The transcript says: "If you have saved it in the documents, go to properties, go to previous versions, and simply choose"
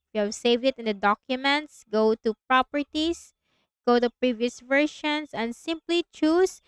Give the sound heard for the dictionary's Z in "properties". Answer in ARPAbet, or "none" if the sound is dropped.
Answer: S